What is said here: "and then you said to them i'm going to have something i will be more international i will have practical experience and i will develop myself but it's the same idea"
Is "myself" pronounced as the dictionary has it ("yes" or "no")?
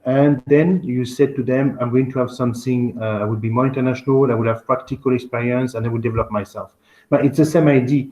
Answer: yes